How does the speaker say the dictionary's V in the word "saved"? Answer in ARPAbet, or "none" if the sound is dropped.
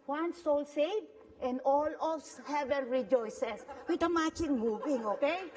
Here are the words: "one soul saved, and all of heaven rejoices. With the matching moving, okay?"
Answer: none